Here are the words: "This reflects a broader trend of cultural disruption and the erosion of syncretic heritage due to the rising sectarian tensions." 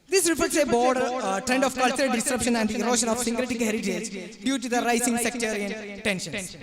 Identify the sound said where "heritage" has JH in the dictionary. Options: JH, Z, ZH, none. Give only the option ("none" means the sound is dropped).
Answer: Z